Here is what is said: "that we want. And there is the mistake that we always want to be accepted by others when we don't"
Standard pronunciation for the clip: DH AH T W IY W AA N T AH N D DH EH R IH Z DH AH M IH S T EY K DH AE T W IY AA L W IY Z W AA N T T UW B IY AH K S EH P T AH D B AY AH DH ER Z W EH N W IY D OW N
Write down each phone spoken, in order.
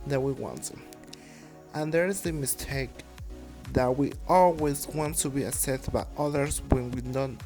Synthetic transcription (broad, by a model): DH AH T W IY W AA N T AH N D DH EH R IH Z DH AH M IH S T EY K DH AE T W IY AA L W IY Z W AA N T T UW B IY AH S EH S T B AY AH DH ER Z W EH N W IY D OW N